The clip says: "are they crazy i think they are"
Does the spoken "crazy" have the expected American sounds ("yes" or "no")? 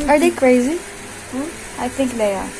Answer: yes